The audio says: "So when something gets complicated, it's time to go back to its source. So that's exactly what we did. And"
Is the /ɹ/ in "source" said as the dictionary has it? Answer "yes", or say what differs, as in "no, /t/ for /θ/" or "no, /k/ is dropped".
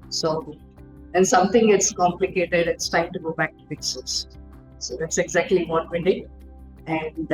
no, /l/ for /ɹ/